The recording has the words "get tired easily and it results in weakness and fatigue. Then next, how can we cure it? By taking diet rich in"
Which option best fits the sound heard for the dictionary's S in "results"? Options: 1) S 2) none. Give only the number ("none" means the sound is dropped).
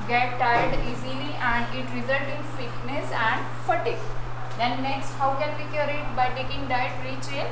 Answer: 2